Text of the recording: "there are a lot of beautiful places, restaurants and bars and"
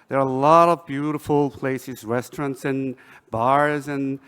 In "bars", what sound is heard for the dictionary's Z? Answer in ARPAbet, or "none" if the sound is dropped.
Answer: Z